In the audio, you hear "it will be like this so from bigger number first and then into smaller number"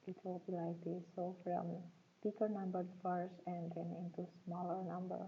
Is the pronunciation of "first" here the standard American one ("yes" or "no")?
no